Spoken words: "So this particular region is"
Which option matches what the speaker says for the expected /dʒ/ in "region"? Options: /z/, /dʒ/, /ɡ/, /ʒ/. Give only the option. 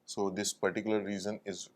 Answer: /z/